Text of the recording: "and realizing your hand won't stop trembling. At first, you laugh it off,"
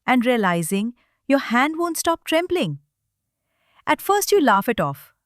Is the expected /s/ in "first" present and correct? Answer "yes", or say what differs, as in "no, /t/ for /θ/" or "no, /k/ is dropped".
yes